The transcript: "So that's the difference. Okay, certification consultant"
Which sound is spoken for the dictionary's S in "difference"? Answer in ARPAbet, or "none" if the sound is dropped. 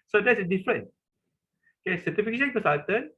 none